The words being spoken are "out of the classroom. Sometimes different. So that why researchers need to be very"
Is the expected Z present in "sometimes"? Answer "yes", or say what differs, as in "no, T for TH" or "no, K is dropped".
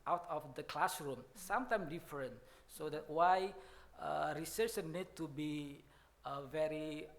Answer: no, Z is dropped